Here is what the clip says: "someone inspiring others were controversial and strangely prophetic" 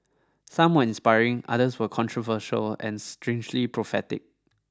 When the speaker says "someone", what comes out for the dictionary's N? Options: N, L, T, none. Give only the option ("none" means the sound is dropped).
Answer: none